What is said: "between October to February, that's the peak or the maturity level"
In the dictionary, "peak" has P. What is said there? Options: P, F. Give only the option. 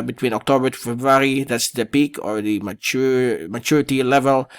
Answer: P